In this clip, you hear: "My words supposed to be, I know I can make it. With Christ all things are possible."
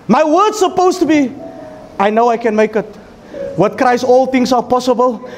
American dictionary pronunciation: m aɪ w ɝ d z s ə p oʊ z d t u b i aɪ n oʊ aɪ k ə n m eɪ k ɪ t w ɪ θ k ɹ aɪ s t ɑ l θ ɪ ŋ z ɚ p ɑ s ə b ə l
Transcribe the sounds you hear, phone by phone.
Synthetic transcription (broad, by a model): m aɪ w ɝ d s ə p oʊ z t u b i aɪ n oʊ aɪ k ə n m eɪ k ɪ t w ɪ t k ɹ aɪ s ɑ l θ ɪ ŋ s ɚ p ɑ s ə b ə l